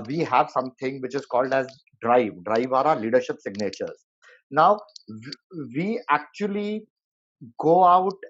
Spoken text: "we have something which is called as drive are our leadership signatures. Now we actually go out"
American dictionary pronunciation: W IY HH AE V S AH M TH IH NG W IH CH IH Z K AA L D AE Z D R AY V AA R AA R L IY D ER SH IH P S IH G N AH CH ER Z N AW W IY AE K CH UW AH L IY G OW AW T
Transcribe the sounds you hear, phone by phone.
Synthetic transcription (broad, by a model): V IY HH AE V S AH M T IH NG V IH CH IH Z K AA L D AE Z D R AY V AA R AA R L IY D ER SH IH P S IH G N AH CH ER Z N AW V IY AE K CH UW AH L IY G OW AW T